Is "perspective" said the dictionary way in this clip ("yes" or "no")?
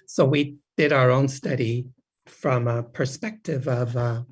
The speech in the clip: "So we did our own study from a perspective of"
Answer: yes